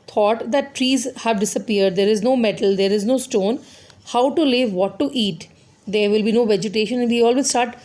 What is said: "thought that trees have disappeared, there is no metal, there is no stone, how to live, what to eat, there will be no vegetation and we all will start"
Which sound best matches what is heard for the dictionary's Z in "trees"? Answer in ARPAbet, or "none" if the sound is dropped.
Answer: Z